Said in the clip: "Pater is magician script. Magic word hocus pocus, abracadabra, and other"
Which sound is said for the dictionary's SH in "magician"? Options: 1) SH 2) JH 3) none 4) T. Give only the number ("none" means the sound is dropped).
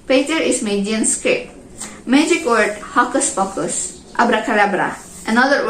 3